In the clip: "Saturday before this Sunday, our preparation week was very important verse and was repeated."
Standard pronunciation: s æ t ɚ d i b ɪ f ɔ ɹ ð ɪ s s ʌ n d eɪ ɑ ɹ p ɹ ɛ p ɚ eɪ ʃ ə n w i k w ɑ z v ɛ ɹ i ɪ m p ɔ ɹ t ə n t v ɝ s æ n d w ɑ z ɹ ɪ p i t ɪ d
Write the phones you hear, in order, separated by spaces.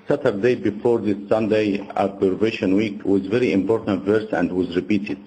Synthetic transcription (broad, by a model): s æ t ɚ d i b ɪ f ɔ ɹ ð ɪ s s ʌ n d eɪ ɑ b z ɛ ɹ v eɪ ʃ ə n w i k w ɑ z v ɛ ɹ i ɪ m p ɔ ɹ t ə n t v ɝ s æ n d w ɑ z ɹ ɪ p i t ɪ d